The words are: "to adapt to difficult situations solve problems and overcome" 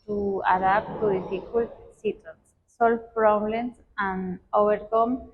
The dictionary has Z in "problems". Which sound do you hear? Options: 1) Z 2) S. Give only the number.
2